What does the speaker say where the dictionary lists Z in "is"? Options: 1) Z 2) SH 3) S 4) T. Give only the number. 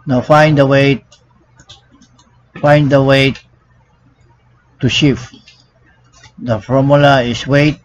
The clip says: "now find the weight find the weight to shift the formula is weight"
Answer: 3